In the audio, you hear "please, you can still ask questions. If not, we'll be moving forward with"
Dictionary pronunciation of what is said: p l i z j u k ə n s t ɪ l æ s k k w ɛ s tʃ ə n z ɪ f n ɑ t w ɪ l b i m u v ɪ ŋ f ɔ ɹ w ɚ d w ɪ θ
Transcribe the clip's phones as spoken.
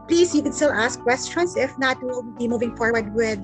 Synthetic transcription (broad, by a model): p l i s j u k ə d s t ɪ l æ s k k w ɛ s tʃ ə n s ɪ f n ɑ t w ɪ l b i m u v ɪ ŋ f ɔ ɹ w ɚ d w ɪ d